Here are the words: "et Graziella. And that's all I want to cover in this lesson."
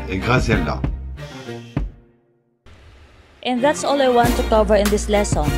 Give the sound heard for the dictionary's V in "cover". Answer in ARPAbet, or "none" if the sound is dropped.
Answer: V